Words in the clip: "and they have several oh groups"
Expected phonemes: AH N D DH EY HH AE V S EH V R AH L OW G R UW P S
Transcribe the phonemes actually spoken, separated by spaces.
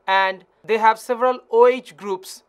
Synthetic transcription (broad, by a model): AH N D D EY HH AE V S EH V R AH L OW G R UW P S